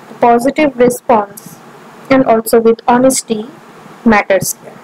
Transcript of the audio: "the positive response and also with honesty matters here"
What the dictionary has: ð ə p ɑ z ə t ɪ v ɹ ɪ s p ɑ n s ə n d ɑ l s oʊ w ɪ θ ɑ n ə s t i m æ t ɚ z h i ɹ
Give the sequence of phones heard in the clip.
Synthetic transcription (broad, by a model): p ɑ z ə t ɪ v ɹ ɪ s p ɑ n s ə n d ɑ l s oʊ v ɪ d ɑ n ə s t i m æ t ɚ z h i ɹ